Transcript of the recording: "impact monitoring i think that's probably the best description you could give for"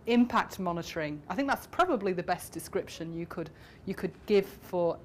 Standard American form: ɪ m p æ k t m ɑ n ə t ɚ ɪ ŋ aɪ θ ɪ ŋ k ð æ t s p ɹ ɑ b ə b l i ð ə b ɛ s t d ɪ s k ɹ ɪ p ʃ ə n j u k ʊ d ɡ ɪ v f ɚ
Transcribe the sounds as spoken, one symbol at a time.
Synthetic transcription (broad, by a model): ɪ m p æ k t m ɑ n ə t ɚ ɪ ŋ aɪ θ ɪ ŋ k ð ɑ t s p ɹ ɑ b ə b l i ð ə b ɛ s d ɪ s k ɹ ɪ p ʃ ə n j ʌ k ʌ d ɡ ɪ v f ɚ